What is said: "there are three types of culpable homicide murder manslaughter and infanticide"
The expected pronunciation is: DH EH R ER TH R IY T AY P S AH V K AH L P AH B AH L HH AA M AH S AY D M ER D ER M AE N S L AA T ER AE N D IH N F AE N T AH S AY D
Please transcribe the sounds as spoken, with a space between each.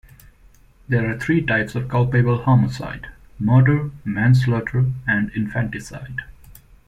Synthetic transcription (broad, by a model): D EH R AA T R IY T AY P S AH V K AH L P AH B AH L HH AA M AH S AY D M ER D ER M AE N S L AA T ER AE N D IH N F AE N T AH S AY D